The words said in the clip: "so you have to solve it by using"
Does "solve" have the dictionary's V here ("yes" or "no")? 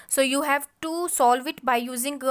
yes